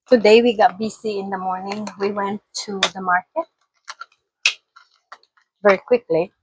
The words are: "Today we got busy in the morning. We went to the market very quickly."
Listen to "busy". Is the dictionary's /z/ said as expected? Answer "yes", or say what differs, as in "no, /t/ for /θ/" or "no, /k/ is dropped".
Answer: no, /s/ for /z/